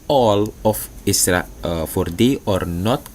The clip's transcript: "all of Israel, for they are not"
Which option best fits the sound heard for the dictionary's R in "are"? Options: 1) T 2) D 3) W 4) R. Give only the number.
4